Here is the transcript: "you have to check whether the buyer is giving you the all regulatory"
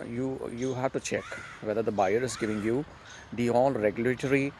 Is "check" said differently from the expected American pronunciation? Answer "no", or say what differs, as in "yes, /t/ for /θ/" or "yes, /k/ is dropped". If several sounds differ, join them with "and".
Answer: no